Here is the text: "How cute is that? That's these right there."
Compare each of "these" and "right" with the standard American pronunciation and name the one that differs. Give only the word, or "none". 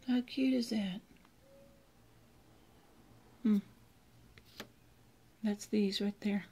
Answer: none